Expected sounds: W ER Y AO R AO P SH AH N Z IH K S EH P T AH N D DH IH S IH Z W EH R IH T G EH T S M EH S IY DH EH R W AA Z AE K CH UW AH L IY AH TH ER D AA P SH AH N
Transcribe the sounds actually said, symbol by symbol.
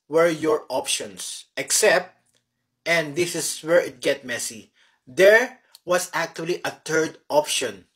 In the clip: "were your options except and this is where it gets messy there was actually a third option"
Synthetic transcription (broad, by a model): W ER Y AO R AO P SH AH N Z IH K S EH P T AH N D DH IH S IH S W EH R IH T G EH T M EH S IY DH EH R W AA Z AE K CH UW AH L IY AH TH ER D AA P SH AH N